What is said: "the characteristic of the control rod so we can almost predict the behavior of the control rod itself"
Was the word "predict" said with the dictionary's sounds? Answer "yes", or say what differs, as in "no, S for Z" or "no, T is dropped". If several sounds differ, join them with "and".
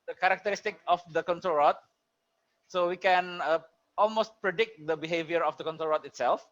yes